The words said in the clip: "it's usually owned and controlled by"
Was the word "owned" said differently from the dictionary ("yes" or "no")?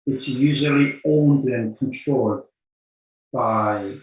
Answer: no